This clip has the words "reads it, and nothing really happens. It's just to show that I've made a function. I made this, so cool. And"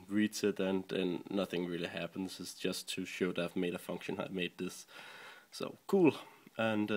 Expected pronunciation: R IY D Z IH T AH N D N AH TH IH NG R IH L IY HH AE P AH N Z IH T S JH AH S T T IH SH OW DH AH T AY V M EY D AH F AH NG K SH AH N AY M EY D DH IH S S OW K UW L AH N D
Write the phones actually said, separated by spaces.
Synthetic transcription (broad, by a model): R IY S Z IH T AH N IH N AH TH IH NG R IH L IY HH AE P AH N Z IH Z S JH AH S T T IH SH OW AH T AY V M EY D AH F AH NG K SH AH N AY M EY D DH IH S S OW K UW L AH N